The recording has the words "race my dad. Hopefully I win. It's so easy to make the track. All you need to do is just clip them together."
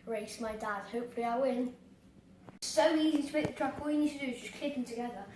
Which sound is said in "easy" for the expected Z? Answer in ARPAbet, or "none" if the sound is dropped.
Z